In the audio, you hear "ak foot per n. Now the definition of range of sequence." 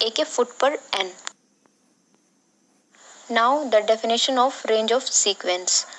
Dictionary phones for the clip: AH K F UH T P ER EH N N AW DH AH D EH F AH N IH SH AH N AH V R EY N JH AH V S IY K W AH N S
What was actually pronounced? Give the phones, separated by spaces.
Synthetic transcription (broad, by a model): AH K F UH T P ER EH N N AW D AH D EH F AH N IH SH AH N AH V R EY N JH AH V S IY K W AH N S